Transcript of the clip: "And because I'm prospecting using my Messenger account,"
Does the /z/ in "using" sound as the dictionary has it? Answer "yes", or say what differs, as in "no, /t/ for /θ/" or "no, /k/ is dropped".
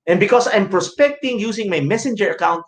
no, /s/ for /z/